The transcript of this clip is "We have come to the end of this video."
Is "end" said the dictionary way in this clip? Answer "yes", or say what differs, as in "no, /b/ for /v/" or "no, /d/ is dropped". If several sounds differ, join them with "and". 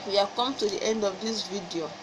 yes